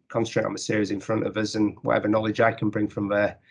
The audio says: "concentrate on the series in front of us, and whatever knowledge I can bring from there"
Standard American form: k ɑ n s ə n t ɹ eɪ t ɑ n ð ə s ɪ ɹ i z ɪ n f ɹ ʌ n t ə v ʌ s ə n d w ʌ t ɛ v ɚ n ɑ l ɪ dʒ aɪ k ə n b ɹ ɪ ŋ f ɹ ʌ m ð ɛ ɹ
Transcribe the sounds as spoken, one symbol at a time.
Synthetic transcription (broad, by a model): k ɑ n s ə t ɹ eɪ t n ð ə s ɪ ɹ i z ɪ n f ɹ ʌ n t ə v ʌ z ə n w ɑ t ɛ v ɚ n ɑ l ɪ dʒ aɪ k ə n b ɹ ɪ ŋ f ɹ ʌ m ð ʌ